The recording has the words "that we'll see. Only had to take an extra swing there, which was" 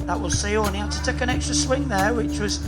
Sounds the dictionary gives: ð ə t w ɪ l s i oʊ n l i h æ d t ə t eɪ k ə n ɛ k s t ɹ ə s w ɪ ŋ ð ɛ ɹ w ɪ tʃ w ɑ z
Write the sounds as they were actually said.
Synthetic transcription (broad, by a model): ð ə t w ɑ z s i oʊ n i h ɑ t ə t eɪ k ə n ɛ k s t ɹ ə s w ɪ ŋ ð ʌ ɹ w ɪ tʃ w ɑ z